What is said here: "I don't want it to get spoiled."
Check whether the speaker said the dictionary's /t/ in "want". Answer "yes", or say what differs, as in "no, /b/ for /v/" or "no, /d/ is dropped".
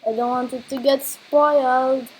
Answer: yes